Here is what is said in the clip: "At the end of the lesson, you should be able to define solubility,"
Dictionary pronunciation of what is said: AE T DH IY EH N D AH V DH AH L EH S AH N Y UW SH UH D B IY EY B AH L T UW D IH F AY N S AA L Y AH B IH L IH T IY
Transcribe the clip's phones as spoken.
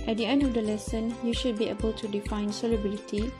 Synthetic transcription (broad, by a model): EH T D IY EH N D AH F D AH L EH S AH N Y UW SH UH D B IY EY B AH L T UW D IH F AY N S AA L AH B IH L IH T IY